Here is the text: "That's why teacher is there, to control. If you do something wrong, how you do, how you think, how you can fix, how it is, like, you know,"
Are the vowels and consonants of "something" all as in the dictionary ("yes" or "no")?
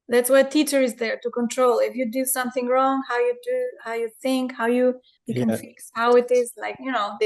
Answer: yes